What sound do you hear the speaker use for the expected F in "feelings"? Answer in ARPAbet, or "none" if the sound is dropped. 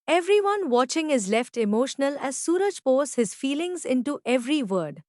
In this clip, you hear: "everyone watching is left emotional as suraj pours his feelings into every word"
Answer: F